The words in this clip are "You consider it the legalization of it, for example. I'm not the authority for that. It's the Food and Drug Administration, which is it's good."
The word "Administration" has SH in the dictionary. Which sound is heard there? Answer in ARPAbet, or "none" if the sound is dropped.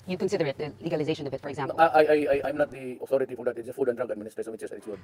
S